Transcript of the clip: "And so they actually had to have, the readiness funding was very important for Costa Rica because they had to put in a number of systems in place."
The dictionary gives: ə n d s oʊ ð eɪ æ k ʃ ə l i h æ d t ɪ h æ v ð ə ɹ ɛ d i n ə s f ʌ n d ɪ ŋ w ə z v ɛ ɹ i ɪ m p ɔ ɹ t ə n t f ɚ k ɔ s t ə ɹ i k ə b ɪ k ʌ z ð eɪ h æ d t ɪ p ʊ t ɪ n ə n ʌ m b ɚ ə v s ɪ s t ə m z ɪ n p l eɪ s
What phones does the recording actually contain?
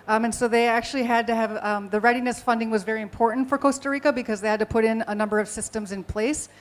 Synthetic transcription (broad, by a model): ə n s oʊ ð eɪ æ k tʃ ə l i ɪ d t ɪ v ð ə ɹ ɛ d i n ə s f ʌ n d ɪ ŋ w ə z v ɛ ɹ i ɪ m p ɔ ɹ t n t f ɚ k ɔ s t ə ɹ i k ə b ɪ k ʌ z ð eɪ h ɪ d t ɪ p ʊ t ɪ n ə n ʌ m b ɚ ə v s ɪ s t ə m z ɪ n p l eɪ s